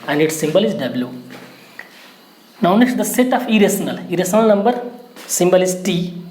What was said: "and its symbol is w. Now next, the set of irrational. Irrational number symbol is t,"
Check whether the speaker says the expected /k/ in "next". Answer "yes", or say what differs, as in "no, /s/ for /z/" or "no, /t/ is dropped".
no, /k/ is dropped